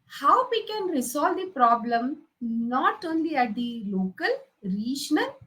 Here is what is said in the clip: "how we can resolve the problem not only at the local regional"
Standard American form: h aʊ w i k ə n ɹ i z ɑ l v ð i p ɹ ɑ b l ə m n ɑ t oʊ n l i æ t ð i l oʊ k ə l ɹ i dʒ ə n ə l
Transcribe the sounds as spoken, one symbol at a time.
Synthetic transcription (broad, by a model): h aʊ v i k ə n ɹ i s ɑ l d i p ɹ ɑ b l ə m n ɑ t oʊ n l i æ t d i l oʊ k ə l ɹ i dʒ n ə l